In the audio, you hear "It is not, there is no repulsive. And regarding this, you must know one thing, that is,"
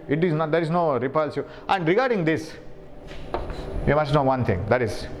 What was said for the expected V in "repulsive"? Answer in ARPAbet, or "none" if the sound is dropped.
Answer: none